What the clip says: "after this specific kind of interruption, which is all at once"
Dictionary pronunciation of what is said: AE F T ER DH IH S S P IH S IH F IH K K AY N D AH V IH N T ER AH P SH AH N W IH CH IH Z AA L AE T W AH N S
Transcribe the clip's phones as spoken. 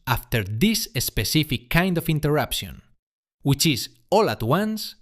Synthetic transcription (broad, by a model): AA F T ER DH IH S S P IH S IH F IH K K AY N D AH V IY N T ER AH P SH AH N W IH CH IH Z AA L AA T W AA N S